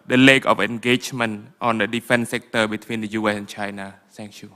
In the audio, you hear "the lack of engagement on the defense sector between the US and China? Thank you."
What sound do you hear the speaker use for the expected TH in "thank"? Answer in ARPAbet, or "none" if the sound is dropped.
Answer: S